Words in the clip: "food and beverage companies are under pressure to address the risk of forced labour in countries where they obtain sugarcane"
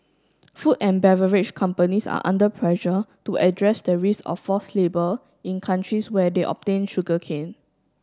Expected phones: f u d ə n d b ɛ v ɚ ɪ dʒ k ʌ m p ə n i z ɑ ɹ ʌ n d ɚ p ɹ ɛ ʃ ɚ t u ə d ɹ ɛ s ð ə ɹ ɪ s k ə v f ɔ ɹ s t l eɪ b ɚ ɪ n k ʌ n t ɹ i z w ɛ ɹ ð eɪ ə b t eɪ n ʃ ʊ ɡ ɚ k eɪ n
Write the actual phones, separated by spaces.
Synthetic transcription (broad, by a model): f u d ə n b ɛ v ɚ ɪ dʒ k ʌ m p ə n i s ɑ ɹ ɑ n d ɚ p ɹ ɛ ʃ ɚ t u ə d ɹ ɛ s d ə ɹ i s ə f ɔ s l eɪ b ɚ ɪ n k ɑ n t ɹ i s w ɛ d eɪ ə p t eɪ n ʃ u ɡ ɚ k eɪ n